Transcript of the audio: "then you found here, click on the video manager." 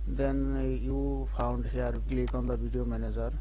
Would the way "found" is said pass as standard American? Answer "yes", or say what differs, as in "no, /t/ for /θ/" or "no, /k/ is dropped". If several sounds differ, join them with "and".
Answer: no, /p/ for /f/